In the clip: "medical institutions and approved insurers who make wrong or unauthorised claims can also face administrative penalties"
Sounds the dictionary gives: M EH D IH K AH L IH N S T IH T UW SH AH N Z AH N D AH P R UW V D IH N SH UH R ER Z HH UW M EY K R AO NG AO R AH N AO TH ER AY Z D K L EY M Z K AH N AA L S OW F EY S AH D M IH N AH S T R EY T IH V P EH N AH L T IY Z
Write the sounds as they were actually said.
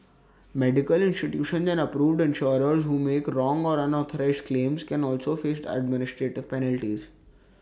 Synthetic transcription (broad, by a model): M EH D IH K AH L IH N S T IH T UW SH AH N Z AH N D AH P R UW V D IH N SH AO R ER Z HH UW M EY K R AO NG AO R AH N AO T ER AY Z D K L EY M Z K AH N AA L S OW F EY S AH D M IH N AH S T R EY T IH V P EH N AH L T IY Z